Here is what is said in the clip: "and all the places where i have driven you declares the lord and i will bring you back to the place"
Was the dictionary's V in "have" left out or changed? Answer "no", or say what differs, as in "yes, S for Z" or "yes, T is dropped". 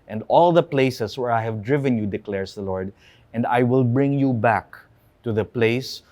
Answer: no